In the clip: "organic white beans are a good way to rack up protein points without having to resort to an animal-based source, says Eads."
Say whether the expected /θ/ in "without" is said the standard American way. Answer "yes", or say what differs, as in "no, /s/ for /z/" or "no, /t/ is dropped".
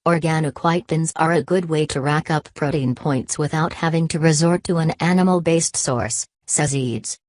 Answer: yes